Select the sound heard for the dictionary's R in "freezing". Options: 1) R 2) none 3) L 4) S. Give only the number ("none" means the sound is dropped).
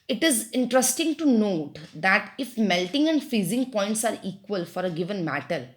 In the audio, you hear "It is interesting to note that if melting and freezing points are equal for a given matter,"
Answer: 2